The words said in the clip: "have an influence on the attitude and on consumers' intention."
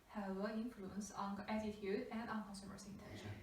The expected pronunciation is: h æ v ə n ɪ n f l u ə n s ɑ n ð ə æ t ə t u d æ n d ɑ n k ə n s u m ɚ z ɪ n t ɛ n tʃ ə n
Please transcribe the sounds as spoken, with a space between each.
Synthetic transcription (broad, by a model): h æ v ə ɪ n f l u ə n s ɑ n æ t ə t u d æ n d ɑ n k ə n s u m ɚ s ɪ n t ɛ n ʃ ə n